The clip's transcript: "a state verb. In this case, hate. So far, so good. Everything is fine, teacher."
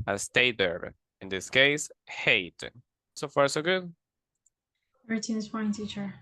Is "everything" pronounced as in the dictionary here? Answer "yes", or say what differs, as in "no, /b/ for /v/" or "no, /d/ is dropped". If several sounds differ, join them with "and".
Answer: no, /v/ is dropped and /t/ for /θ/